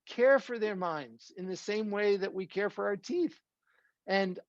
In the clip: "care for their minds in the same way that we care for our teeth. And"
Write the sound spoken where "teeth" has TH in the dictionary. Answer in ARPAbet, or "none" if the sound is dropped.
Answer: TH